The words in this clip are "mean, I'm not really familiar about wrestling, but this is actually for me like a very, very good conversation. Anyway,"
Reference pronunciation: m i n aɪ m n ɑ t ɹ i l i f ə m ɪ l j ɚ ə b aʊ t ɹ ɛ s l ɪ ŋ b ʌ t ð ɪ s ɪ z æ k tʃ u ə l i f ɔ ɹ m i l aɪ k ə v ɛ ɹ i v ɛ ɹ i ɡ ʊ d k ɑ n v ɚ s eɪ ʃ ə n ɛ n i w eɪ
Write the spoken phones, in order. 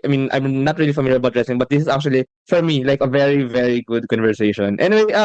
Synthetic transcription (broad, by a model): m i n aɪ m n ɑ t ɹ i l i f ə m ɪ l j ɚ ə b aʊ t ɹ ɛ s ɪ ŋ b ʌ t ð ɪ s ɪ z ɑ k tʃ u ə l i f ɔ ɹ m i l aɪ k ə v ɛ ɹ i v ɛ ɹ i ɡ ʊ d k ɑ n v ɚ s eɪ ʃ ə n ɛ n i w eɪ